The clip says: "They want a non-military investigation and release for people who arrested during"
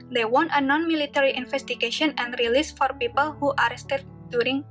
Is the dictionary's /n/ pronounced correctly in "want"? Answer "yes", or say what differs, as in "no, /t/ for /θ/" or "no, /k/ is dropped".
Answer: yes